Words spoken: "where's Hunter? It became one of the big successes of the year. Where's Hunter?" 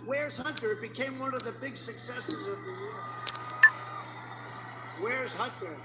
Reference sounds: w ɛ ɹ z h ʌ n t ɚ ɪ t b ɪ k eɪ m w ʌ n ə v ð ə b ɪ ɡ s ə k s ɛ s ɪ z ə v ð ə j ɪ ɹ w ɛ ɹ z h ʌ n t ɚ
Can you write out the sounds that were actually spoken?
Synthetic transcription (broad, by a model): w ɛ ɹ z h ʌ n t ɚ ɪ t b ɪ k eɪ m w ʌ n ə v ð ə b ɪ ɡ s ə k s ɛ s ɪ z ə v ð ə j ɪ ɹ w ɛ ɹ z h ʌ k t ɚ